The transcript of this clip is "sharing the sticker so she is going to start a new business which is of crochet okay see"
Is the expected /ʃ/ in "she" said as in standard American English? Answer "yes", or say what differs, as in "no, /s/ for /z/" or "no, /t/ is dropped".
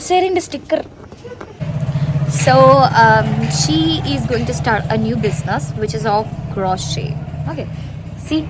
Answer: yes